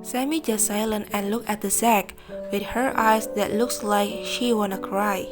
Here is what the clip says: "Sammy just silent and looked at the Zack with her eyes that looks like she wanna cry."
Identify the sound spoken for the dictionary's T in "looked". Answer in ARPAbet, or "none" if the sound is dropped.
none